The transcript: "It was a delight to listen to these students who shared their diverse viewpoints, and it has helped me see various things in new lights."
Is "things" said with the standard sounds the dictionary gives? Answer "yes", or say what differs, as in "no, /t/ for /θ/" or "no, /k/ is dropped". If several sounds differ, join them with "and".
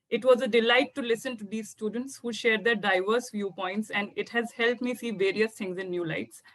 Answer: no, /t/ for /θ/